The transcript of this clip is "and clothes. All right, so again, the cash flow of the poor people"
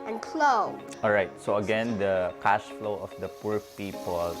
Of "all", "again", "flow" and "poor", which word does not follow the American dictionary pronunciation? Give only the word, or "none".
none